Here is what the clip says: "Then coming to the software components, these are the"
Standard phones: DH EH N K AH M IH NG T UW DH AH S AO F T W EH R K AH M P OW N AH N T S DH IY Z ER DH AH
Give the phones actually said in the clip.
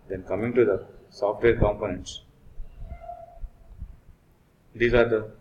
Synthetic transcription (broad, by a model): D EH N K AH M IH NG T UW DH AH S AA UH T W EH L K AH M P OW N AH N T S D IY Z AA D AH